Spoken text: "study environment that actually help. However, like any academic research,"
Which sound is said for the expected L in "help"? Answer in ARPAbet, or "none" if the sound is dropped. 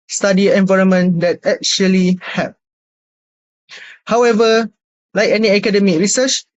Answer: none